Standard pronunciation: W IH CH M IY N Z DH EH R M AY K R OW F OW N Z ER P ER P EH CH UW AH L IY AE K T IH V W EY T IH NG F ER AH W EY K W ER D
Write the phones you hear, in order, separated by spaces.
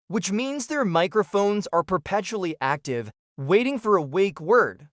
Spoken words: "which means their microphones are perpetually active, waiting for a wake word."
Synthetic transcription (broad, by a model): W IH CH M IY N Z DH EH R M AY K R OW F OW N Z ER P ER P EH CH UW L IY AE K T IH V W EY T IH NG F ER AH W EY K W ER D